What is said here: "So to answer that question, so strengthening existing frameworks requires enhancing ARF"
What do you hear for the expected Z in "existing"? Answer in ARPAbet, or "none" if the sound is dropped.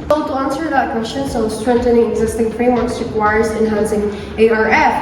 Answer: Z